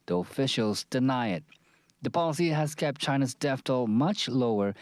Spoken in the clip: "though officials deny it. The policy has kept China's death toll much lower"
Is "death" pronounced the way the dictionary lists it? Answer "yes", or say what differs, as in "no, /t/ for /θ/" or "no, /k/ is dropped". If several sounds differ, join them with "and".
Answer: no, /f/ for /θ/